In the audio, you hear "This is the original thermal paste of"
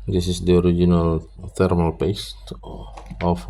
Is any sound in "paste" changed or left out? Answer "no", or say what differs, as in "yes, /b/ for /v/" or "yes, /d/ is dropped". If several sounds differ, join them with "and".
no